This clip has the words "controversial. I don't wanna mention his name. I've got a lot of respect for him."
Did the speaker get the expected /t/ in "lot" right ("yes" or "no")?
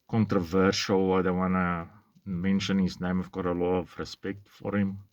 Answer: no